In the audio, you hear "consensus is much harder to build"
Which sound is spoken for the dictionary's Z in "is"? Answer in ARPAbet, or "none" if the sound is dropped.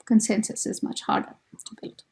Z